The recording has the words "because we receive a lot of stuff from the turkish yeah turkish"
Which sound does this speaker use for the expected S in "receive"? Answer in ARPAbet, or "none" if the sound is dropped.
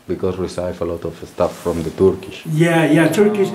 none